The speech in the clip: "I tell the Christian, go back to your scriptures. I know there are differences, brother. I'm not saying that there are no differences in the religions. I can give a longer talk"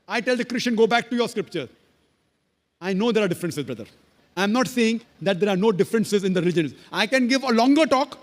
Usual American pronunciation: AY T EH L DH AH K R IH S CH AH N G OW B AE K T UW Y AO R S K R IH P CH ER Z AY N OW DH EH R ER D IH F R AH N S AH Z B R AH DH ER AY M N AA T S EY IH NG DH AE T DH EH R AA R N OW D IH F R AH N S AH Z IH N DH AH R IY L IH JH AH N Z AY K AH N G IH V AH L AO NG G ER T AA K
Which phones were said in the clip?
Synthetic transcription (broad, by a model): AY T EH L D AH K R IH S CH AH N G OW B AE K T UW Y AO R S K R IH P CH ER AY N OW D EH R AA D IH F R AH N S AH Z B R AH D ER AY M N AA T S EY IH NG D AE T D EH R AA R N OW D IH F R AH N S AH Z IH N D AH R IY L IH JH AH N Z AY K AH N G IH V AH L AO NG G ER T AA K